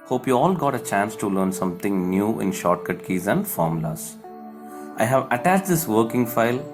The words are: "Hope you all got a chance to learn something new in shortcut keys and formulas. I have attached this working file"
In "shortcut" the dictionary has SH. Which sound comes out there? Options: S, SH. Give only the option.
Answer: SH